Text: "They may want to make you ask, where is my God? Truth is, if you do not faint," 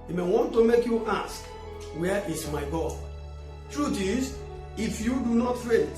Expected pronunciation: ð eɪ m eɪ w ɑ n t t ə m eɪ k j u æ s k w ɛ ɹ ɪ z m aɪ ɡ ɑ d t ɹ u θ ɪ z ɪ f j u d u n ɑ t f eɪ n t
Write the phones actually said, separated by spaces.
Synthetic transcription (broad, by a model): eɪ m eɪ w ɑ n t t ə m eɪ k j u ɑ s k w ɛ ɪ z m aɪ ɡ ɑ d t ɹ u t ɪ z ɪ f j u d u n ɑ t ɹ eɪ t